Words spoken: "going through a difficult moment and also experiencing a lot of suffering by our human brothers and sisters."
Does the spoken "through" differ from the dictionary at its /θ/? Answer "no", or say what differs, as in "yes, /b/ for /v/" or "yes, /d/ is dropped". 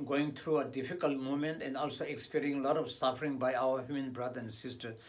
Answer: yes, /t/ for /θ/